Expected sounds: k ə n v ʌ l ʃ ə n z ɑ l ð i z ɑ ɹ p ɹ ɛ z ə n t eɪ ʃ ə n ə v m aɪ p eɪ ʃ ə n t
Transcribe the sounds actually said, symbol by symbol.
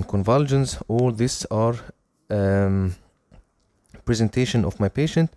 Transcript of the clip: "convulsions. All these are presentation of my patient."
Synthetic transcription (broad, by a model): k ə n v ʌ l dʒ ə n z ɑ l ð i s ɑ ɹ p ɹ ɛ z ə n t eɪ ʃ ə n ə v m aɪ p eɪ ʃ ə n t